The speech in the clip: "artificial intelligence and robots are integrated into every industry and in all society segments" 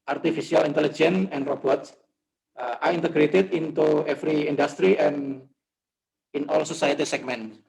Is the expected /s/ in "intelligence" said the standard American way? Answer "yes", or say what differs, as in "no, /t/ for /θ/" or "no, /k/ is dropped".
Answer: no, /s/ is dropped